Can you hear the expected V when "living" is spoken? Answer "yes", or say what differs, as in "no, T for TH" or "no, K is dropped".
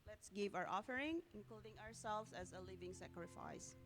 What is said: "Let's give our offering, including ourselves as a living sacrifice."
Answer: yes